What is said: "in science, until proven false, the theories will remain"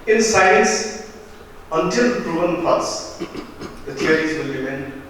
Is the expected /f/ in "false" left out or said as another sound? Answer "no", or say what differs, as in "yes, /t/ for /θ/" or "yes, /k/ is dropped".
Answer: yes, /p/ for /f/